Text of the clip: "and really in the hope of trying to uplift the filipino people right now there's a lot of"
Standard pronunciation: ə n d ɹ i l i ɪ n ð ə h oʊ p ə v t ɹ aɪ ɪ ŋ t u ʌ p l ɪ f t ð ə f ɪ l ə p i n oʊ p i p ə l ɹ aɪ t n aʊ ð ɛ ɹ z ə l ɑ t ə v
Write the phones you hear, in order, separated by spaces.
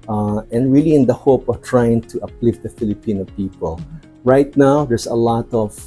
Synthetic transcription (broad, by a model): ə n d ɹ i l i ɪ n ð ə h oʊ p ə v t ɹ aɪ ɪ ŋ t u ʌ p l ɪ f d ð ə f ɪ l ə p i n oʊ p i p ə l ɹ aɪ t n aʊ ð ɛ ɹ s ə l ɑ t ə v